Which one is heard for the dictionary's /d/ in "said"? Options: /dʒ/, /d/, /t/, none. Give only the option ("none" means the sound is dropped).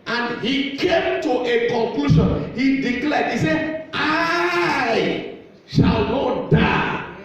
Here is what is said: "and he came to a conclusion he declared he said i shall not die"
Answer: none